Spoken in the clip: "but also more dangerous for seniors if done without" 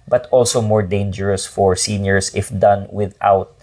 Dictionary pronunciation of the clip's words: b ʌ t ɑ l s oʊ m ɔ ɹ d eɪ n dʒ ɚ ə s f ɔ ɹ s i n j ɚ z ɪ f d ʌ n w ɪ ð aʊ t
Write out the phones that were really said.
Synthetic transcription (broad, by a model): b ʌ t ɑ l s oʊ m ɔ ɹ d eɪ n dʒ ɚ ə s f ɔ ɹ s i n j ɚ s ɪ f d ʌ n w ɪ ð aʊ t